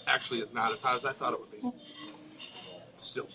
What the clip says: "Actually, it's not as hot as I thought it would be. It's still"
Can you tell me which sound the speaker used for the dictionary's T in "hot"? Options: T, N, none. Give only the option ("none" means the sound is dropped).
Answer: none